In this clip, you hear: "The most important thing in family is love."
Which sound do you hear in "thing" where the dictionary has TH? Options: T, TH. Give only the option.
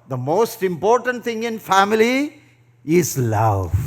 T